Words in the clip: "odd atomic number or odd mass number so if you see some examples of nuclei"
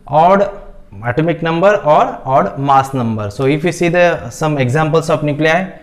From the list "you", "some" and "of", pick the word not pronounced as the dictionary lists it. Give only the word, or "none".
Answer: of